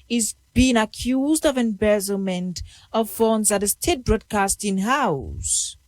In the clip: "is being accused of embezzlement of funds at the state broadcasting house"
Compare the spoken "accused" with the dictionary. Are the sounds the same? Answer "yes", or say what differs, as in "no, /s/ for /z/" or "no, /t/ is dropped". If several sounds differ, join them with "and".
yes